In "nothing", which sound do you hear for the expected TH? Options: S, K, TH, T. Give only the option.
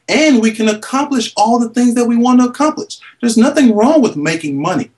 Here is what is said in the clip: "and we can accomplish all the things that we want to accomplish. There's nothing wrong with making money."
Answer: TH